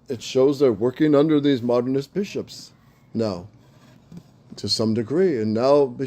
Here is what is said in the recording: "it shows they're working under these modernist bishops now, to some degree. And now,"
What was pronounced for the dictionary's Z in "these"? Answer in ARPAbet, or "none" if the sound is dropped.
Z